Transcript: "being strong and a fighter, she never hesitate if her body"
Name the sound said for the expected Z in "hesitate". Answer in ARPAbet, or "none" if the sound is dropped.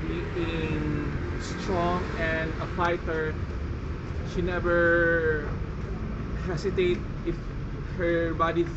S